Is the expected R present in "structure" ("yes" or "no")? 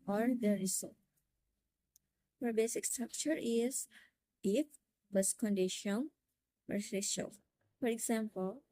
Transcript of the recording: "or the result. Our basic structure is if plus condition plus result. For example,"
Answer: yes